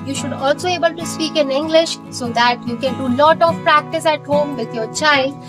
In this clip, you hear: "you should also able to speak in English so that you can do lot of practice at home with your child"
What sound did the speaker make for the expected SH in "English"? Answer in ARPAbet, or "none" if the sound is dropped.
SH